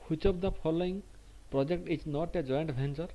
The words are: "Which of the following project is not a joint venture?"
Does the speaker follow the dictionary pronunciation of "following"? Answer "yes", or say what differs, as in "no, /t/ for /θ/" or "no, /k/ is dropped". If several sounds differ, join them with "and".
no, /p/ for /f/